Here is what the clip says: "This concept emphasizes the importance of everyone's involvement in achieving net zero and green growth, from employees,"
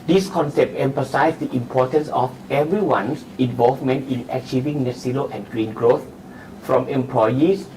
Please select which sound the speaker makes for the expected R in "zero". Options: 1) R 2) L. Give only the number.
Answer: 2